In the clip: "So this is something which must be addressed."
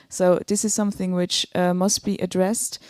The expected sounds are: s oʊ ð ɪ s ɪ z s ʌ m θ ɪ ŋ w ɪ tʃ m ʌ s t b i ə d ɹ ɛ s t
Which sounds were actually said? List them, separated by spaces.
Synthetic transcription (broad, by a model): s oʊ ð ɪ s ɪ z s ʌ m θ ɪ ŋ w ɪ tʃ m ʌ s t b i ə d ɹ ɛ s t